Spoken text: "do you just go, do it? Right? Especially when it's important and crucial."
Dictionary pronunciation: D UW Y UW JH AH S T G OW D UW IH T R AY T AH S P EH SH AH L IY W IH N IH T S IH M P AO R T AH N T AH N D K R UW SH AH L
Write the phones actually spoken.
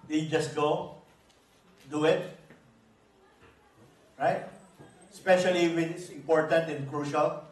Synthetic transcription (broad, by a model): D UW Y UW JH AH S T G OW D UW IH T R AY T S P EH SH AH L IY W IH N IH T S IH M P AO R T AH N T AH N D K R UW SH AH L